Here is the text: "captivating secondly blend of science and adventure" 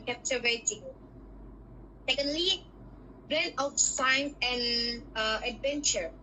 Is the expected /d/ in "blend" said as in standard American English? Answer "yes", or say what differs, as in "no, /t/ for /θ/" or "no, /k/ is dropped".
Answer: no, /d/ is dropped